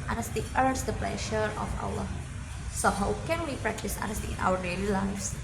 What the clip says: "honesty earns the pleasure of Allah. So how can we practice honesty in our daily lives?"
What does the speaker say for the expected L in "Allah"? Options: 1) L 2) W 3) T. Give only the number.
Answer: 2